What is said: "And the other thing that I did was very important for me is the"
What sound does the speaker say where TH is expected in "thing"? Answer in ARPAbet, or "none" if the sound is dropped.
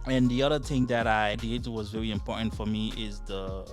TH